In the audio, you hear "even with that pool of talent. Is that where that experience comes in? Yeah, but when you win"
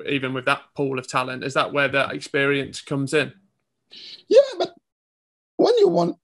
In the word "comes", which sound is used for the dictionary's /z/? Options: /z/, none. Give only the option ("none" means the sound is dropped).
/z/